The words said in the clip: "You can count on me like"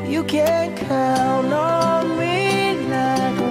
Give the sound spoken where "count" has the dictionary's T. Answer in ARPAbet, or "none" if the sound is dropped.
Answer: none